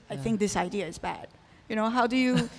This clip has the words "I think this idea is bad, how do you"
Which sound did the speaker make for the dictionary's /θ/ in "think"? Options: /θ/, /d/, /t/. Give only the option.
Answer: /θ/